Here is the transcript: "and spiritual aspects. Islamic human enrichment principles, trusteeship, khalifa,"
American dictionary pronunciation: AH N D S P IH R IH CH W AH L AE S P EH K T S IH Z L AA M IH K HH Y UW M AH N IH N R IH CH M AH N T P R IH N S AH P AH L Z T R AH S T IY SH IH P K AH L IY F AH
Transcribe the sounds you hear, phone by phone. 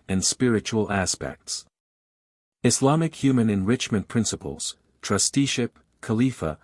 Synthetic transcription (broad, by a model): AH N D S P IH R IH CH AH L AE S P EH K T S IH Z L AA M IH K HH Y UW M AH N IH N R IH CH M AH N P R IH N S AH P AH L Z T R AH S T IY SH IH P K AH L IY F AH